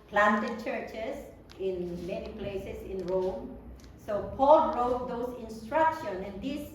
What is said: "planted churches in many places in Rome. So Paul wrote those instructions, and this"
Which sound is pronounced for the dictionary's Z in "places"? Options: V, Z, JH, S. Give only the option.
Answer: S